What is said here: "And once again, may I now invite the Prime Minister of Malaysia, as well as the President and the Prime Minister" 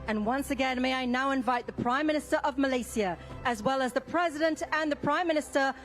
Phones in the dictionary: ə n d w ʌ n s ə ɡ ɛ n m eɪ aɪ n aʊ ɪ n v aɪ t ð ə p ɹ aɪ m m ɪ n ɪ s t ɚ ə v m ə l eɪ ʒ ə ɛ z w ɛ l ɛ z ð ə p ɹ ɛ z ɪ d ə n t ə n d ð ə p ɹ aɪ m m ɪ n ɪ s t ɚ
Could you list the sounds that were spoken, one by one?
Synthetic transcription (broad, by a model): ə n w ʌ n s ə ɡ ɛ n m eɪ aɪ n aʊ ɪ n v aɪ t ð ə p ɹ aɪ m m ɪ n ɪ s t ɚ ə v m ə l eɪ s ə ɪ z w ɛ l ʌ z ð ə p ɹ ɛ z ɪ d ə n t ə n ð ə p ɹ aɪ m m ɪ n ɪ s t ɚ